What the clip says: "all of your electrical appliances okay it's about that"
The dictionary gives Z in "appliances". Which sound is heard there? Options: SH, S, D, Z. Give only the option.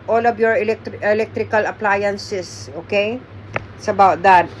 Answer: S